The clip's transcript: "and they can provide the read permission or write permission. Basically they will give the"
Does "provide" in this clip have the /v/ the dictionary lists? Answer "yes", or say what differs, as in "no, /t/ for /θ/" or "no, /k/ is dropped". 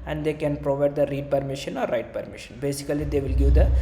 yes